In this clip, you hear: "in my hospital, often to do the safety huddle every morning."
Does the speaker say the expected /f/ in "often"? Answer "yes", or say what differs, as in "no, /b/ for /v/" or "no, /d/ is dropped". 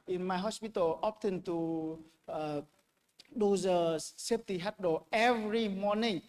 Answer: no, /p/ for /f/